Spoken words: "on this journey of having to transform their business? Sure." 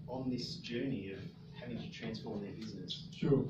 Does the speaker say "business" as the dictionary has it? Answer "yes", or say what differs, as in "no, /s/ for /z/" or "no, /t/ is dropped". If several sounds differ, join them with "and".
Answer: yes